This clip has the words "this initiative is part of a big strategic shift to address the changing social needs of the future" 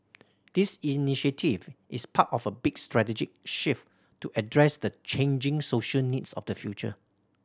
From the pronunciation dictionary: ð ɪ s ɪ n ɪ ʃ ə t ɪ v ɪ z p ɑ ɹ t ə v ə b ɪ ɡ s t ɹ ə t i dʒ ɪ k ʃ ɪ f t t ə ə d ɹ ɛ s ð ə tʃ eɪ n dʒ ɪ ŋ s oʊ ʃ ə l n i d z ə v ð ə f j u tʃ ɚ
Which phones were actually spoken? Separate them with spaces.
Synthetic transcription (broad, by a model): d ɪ s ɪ n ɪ ʃ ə t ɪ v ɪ s p ɑ t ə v ə b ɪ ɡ s t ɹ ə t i dʒ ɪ k ʃ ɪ f t t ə ə d ɹ ɛ s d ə tʃ eɪ n dʒ ɪ ŋ s oʊ ʃ ə l n i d s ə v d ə f j u tʃ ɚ